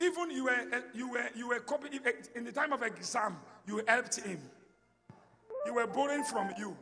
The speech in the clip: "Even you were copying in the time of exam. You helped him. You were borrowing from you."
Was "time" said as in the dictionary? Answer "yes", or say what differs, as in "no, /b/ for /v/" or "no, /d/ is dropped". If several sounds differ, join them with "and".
yes